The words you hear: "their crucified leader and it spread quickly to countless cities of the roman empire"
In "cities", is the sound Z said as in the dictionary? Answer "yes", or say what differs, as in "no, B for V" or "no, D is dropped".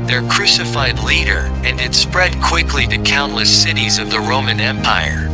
yes